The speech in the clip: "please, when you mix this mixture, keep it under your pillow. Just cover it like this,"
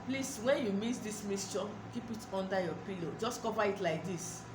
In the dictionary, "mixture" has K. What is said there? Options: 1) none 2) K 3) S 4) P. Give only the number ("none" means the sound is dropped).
1